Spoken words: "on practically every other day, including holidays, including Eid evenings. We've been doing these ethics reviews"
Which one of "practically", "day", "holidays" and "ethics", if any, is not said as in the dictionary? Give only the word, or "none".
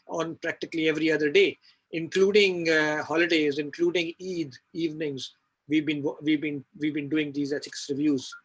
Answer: ethics